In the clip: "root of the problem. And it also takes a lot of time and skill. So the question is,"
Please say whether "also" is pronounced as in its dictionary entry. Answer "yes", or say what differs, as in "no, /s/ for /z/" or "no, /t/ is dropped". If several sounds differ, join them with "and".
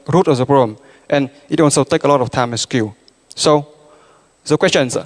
no, /n/ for /l/